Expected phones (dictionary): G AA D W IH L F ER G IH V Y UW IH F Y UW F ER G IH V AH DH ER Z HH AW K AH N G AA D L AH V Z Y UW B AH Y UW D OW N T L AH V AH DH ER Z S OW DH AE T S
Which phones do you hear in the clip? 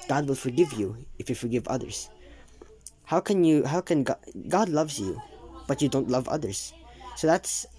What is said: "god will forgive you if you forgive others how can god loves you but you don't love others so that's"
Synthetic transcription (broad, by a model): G AA D W IH L F ER G IH V Y UW IH F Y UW F ER G IH V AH DH ER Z HH AW K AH N G AA D L AH V Z Y UW B AH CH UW D OW N T L AH V AH DH ER Z S OW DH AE T S